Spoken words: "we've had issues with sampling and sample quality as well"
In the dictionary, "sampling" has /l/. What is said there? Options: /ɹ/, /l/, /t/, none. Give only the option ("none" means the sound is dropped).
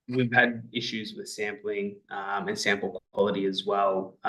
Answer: /l/